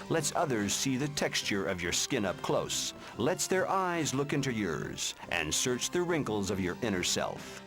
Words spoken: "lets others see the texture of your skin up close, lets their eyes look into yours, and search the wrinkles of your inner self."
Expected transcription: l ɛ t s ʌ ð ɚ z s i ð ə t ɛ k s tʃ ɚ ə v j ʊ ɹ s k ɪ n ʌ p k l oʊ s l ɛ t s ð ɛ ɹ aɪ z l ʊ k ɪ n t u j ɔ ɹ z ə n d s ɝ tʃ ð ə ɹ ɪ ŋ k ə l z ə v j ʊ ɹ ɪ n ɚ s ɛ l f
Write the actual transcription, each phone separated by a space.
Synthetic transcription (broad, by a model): l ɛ t s ʌ ð ɚ z s i ð ə t ɛ k s tʃ ɚ ə v j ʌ ɹ s k ɪ n ʌ p k l oʊ s l ɛ t s ð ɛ ɹ aɪ z l ʊ k ɪ n t u j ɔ ɹ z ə n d s ɝ tʃ ð ə ɹ ɪ ŋ k l z ə v j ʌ ɹ ɪ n ɚ s ɛ l f